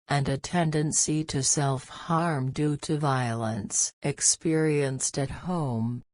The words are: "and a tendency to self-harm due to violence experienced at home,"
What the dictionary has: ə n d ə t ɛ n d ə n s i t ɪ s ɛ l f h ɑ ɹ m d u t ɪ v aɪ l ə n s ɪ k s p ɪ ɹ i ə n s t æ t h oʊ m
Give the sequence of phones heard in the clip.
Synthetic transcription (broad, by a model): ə n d ə t ɛ n d ə n s i t ɪ s ɛ l f h ɑ ɹ m d u t ɪ v aɪ l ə n s ɪ k s p ɪ ɹ i ə n s t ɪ t h oʊ m